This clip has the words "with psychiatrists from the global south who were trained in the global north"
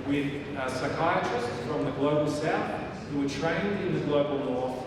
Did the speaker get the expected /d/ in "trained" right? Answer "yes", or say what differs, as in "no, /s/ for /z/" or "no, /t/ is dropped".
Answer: yes